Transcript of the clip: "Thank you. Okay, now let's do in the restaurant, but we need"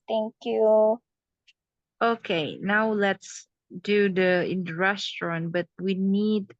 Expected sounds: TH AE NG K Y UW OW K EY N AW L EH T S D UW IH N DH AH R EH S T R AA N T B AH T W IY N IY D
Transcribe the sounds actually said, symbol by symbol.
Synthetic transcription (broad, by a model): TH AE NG K Y UW OW K EY N AW L EH T S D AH IH N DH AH R EH S T R AA N T B AH T W IY N IY D